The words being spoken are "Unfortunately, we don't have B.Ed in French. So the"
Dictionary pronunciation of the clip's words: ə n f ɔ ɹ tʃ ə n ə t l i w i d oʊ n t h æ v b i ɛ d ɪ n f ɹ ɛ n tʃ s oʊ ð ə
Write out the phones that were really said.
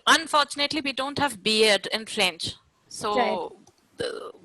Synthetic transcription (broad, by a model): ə n f ɔ ɹ tʃ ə n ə t l i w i d oʊ n t h æ v b i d d ɪ n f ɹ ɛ n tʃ s oʊ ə